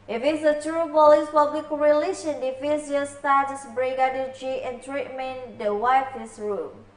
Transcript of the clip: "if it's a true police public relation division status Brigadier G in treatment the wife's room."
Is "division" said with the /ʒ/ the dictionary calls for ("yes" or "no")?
no